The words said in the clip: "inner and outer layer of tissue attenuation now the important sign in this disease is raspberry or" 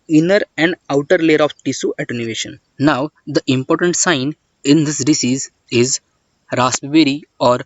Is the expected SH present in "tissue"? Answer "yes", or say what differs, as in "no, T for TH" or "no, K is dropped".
no, S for SH